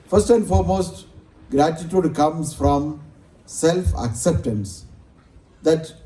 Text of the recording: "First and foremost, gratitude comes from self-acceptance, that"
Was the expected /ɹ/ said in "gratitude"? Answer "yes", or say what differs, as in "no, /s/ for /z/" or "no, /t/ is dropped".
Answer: yes